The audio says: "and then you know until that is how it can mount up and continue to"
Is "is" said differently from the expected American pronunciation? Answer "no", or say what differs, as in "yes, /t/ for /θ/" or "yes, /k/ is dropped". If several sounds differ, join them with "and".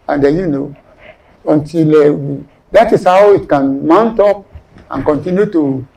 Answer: yes, /s/ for /z/